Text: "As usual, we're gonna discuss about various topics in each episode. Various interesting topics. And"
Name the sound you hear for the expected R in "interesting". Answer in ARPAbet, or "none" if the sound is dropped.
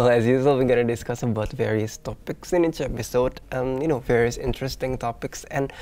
R